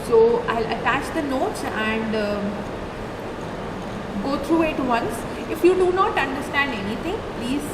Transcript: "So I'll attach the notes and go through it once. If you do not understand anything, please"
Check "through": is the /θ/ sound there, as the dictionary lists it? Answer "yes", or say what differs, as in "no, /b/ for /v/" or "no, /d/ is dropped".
no, /t/ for /θ/